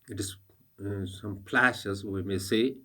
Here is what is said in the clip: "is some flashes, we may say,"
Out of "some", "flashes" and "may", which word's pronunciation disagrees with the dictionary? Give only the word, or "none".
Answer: flashes